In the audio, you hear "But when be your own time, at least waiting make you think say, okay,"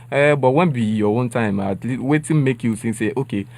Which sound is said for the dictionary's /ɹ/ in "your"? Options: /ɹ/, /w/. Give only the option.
/w/